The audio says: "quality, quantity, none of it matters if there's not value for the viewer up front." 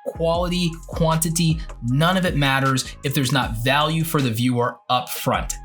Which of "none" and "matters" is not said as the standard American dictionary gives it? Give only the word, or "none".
none